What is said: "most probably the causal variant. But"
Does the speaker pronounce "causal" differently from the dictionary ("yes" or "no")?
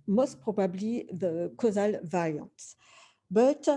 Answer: no